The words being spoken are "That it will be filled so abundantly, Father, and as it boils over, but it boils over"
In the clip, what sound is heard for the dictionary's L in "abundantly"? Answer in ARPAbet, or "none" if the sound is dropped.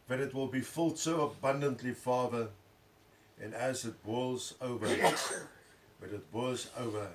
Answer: L